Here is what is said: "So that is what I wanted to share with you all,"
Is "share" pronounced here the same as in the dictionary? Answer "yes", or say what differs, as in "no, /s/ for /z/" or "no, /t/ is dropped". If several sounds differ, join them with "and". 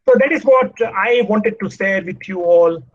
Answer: no, /s/ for /ʃ/